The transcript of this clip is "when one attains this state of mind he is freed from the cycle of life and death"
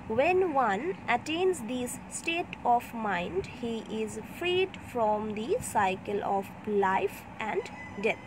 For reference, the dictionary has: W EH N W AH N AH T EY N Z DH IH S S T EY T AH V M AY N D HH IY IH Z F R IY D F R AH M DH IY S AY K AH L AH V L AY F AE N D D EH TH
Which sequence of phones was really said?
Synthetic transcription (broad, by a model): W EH N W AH N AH T EY N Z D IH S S T EY T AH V M AY N D HH IY IH Z F R IY D F R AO M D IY S AY K AH L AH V L AY F AE N D D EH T